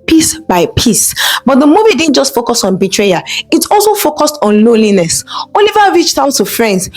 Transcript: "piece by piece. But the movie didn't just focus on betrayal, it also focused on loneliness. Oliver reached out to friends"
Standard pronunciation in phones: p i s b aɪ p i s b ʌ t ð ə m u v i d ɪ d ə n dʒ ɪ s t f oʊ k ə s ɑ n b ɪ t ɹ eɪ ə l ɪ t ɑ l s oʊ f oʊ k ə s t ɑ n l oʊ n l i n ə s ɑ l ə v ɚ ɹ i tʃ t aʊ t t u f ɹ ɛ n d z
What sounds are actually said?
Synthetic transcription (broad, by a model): p i s b aɪ p i s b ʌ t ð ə m u v i d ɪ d n dʒ ɪ s t f oʊ k ə s ɑ n b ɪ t ɹ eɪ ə ɪ t ɑ l s oʊ f oʊ k ə s t ɑ n l oʊ n l i n ə s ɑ l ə v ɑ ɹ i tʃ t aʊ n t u f ɹ ɛ n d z